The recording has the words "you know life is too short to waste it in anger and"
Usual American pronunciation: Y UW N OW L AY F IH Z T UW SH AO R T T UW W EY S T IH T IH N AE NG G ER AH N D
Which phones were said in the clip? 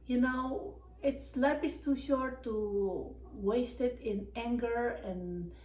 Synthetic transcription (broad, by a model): Y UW N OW L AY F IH S T UW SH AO R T T UW W EY S T IH T IH N AE NG G ER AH N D